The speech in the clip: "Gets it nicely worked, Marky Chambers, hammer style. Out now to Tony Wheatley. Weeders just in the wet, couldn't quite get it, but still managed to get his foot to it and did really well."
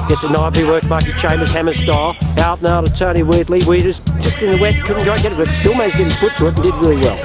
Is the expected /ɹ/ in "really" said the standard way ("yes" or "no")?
yes